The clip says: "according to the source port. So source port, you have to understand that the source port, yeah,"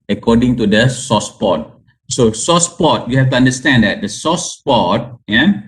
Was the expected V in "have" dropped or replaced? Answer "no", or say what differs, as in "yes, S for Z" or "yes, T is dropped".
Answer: yes, F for V